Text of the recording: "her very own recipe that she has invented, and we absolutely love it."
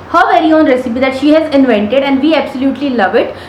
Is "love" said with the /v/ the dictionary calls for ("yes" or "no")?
yes